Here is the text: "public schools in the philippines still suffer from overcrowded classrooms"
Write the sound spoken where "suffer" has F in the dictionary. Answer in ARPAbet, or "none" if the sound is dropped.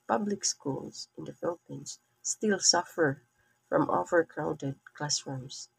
F